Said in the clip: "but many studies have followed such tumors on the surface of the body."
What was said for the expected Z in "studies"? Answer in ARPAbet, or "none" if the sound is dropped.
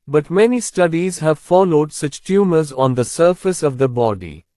Z